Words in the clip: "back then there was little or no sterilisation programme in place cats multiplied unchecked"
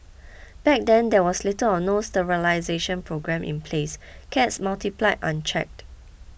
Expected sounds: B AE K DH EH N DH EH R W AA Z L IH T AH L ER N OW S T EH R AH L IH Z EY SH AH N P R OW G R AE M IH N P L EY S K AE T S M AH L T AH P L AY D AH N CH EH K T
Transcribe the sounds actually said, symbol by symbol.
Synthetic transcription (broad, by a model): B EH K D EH N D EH W AA S L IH T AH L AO N OW S T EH R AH L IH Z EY SH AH N P R OW G R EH M IH N P L EY S K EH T S M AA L T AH P L AY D AH N CH EH K T